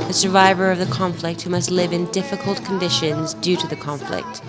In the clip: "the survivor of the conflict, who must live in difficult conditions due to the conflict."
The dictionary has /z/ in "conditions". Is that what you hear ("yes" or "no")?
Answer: yes